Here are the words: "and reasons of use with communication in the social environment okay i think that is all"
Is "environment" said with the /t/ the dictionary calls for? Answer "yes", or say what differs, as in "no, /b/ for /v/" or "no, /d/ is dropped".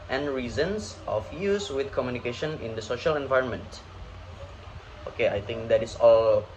yes